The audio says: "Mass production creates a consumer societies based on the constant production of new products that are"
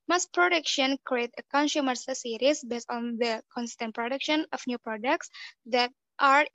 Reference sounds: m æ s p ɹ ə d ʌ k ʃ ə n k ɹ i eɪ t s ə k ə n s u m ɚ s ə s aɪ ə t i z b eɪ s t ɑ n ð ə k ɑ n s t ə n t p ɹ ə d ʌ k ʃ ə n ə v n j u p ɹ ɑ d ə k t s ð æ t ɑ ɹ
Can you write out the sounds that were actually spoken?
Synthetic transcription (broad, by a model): m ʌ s p ɹ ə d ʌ k ʃ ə n k ɹ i eɪ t ə k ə n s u m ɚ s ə s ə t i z b eɪ s t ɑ n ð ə k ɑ n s t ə n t p ɹ ə d ʌ k ʃ ə n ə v n j u p ɹ ɑ d ə k t s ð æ t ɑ ɹ